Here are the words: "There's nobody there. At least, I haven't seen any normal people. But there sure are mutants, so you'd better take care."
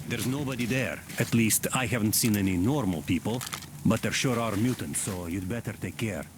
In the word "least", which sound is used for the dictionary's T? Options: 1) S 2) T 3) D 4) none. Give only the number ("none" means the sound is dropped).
2